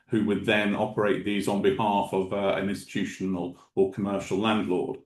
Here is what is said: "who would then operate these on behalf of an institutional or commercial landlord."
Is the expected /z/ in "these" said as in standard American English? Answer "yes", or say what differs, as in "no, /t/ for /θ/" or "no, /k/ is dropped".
yes